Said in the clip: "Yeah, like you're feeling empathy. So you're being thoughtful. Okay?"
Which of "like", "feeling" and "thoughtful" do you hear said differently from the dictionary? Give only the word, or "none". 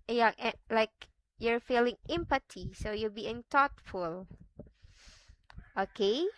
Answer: thoughtful